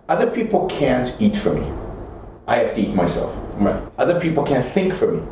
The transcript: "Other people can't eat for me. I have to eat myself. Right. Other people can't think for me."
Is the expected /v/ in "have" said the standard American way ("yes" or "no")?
no